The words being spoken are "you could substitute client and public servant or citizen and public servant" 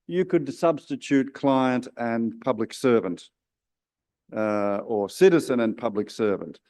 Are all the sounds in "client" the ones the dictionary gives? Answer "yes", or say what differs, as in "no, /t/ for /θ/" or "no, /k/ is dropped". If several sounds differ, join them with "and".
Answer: yes